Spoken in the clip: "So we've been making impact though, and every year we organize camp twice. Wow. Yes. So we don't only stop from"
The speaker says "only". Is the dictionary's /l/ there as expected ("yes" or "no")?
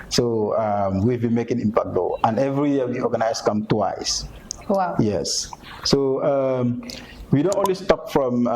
no